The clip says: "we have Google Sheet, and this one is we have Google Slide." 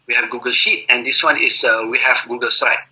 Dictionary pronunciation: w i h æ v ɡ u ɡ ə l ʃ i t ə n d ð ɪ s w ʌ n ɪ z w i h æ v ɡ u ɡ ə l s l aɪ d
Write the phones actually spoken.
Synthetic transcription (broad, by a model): w i h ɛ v ɡ u ɡ ə l ʃ i t ə n d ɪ s w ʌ n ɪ s w i h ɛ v ɡ u ɡ ə l s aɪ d